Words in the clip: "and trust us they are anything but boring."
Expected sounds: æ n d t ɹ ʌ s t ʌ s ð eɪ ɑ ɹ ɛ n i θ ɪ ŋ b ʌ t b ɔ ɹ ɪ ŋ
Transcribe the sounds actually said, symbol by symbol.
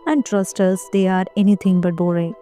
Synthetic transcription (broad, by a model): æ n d t ɹ ʌ s t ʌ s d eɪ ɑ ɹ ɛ n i t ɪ ŋ b ʌ t b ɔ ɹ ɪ